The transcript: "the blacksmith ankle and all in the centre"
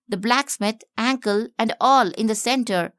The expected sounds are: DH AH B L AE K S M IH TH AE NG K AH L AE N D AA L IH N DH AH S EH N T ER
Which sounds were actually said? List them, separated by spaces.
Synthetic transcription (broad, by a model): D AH B L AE K S M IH T AE NG K AH L AE N D AA L IH N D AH S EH N T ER